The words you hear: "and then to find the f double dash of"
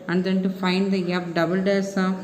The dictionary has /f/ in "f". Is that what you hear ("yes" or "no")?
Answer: no